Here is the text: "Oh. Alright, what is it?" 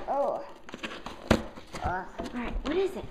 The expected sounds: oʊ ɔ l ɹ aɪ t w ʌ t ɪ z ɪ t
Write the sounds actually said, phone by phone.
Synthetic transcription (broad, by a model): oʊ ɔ ɹ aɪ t w ʌ t ɪ z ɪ t